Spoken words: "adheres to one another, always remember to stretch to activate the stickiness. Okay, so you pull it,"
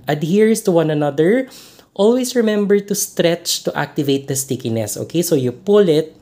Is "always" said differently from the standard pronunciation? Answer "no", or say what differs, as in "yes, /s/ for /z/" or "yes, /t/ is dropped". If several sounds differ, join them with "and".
yes, /s/ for /z/